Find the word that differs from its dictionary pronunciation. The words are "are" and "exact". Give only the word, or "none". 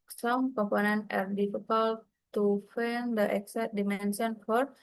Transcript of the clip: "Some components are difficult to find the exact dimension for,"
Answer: exact